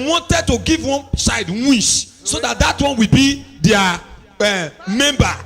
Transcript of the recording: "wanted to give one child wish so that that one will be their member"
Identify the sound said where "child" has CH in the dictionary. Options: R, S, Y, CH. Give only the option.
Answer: S